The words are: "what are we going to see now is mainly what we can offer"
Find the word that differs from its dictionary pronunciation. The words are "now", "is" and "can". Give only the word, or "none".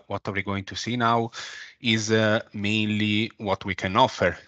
none